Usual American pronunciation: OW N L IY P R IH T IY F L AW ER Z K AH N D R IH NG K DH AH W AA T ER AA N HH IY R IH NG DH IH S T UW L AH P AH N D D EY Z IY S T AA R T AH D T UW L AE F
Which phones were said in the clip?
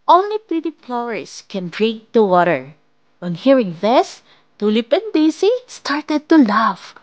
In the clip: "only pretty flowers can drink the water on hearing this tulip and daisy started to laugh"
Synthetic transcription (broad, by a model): OW N L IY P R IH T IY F L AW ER S K AH N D R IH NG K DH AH W AA T ER AA N HH IY R IH NG DH IH S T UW L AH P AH N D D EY S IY S T AA R T AH D T UW L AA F